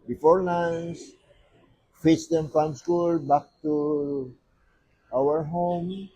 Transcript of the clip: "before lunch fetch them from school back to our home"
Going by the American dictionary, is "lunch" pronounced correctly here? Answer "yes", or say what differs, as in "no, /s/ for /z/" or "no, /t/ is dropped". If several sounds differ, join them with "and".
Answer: no, /n/ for /l/ and /s/ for /tʃ/